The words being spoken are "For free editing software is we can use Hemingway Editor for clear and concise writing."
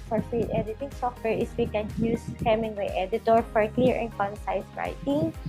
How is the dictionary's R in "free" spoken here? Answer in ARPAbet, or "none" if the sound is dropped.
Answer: none